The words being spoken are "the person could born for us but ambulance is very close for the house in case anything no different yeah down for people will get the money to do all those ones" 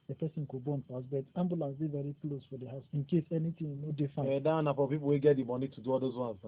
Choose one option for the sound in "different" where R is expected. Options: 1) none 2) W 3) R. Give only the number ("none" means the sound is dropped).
1